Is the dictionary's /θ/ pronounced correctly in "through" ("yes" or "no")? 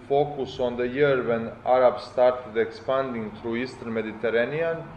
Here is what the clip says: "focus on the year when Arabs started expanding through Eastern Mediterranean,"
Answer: no